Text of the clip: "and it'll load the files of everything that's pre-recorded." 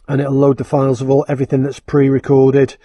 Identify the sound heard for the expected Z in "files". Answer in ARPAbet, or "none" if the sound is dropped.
Z